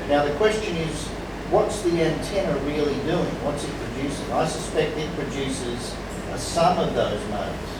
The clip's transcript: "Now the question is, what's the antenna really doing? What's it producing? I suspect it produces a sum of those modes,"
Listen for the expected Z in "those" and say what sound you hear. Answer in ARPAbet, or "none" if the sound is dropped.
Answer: Z